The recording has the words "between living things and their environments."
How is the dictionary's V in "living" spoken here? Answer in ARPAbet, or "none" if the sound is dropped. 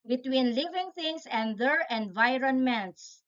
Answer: V